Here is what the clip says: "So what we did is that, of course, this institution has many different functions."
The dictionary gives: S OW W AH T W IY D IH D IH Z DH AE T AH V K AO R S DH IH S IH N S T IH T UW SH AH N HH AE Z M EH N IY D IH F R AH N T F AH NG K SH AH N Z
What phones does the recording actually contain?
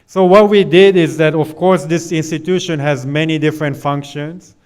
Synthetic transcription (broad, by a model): S OW W AH T W IY D IH D IH Z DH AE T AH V K AO R S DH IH S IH N S T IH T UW SH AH N HH AE Z M EH N IY D IH F R AH N T F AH NG K SH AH N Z